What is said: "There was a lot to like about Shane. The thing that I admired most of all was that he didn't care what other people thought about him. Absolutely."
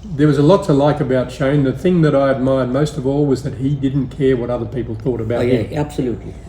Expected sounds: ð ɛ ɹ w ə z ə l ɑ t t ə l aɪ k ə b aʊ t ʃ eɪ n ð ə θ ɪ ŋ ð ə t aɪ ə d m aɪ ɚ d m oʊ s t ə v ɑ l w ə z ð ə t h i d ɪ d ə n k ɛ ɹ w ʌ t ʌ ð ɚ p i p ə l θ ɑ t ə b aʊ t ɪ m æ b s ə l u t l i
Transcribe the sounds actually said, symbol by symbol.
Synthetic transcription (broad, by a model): ð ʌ ɹ w ə z ə l ɑ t t ə l aɪ k ə b aʊ t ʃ eɪ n ð ə θ ɪ ŋ ð ə t aɪ ə d m aɪ ɚ d m oʊ s t ə v ɑ l w ə z ð ə t h i d ɪ d n k ɛ ɹ w ʌ t ʌ ð ɚ p i p l θ ɑ t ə b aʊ ɪ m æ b s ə l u t l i